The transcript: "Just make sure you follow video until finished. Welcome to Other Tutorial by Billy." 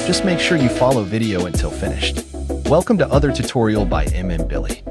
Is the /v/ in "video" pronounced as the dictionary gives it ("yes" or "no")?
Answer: yes